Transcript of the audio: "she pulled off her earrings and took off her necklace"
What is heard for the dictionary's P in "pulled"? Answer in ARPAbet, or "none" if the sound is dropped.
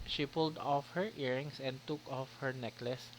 P